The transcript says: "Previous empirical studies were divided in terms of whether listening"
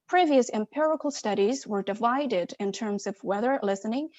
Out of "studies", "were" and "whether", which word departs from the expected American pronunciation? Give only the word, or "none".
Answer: none